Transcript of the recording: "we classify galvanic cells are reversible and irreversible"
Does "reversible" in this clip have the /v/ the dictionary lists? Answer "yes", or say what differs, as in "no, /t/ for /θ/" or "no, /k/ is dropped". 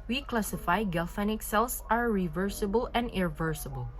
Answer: yes